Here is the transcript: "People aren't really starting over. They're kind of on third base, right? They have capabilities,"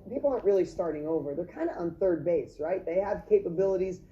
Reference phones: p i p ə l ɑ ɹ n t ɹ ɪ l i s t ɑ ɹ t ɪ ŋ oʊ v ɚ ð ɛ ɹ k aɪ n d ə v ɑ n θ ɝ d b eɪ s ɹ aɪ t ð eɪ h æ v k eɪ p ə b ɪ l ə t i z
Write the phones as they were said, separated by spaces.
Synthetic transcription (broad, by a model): p i p l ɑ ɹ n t ɹ ɪ l i s t ɑ ɹ t ɪ ŋ oʊ v ɚ ð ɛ ɹ k aɪ n d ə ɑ n θ ɝ d b eɪ s ɹ aɪ t ð eɪ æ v k eɪ p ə b ɪ l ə t i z